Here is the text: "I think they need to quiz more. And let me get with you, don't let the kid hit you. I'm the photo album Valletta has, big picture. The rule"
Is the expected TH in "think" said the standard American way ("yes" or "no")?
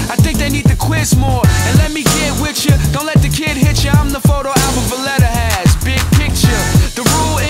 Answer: yes